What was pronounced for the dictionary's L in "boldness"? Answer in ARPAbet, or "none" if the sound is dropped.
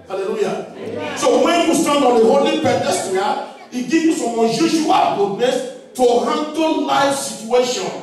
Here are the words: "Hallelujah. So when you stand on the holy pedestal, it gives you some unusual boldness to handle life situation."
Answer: none